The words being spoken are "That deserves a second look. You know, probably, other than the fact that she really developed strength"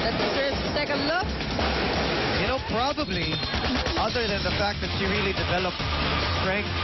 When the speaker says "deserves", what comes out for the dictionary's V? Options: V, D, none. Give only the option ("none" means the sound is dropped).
none